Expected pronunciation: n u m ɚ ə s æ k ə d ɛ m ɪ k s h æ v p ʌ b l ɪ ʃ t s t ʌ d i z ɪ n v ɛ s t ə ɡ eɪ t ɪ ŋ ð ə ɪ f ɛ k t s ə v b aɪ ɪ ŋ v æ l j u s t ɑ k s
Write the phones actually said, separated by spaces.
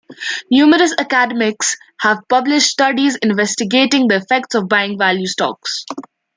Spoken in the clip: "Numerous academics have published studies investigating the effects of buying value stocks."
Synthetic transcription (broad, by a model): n u m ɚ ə s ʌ k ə d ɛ m ɪ k s h æ v p ʌ b l ɪ ʃ t s t ʌ d i z ɪ n v ɛ s t ə ɡ eɪ t ɪ ŋ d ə ɪ f ɛ k t s ə v b aɪ ɪ ŋ v æ l j u s t ɑ k s